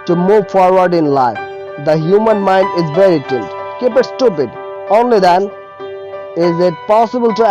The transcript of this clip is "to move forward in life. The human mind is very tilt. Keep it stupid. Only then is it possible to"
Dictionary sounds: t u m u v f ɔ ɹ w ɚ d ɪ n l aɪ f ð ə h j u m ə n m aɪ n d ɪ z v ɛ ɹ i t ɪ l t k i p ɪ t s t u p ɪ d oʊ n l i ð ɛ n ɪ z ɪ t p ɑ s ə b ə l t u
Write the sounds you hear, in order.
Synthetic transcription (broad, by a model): t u m u v f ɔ ɹ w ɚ d ɪ n l aɪ f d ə h j u m ə n m aɪ n d ɪ z v ɛ ɹ i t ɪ n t k i p ɪ t s t u p ɪ d oʊ n l i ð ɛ n ɪ z ɪ t p ɑ s ə b ə l t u